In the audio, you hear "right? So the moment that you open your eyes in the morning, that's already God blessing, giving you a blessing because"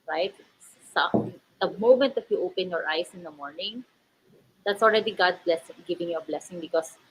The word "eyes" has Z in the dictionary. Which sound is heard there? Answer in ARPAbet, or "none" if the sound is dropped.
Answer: S